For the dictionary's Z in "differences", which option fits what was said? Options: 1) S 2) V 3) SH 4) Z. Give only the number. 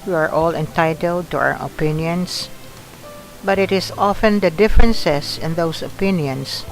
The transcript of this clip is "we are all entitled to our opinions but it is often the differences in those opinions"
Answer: 1